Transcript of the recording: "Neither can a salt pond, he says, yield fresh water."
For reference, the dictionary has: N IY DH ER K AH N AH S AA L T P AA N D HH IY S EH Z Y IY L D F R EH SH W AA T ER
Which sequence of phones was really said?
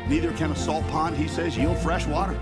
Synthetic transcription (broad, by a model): N IY DH ER K AH N AH S AA L T P AA N D HH IY S EH Z Y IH F R EH SH W AA T ER